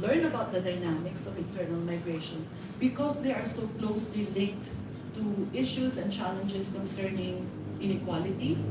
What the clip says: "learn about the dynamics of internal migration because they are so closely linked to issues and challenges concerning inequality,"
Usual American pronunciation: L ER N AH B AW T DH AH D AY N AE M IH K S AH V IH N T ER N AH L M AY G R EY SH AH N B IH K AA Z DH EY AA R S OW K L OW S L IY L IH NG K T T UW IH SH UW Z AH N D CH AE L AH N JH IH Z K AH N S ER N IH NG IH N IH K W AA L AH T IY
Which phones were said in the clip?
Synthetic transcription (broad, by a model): L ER N AH B AW T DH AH D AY N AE M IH K S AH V IH N T ER N AH L M AY G R EY SH AH N B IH K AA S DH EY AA R S OW K L OW S L IY L IH NG K T T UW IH SH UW S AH N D CH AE L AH N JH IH S K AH N S ER N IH NG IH N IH K W AA L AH T IY